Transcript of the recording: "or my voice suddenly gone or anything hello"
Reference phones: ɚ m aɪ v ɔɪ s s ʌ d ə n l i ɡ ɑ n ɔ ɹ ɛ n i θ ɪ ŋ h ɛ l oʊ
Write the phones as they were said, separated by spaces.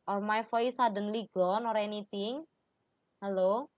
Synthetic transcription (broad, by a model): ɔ m aɪ f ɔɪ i s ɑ d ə n l i ɡ ɑ n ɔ ɹ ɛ n i t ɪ ŋ h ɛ l oʊ